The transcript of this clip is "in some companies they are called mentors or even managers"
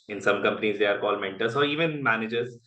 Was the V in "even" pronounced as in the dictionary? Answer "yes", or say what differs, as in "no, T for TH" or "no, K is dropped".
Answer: yes